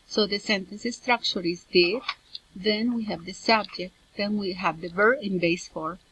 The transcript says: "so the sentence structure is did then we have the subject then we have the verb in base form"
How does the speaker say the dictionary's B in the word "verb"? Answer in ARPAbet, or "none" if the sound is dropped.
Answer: none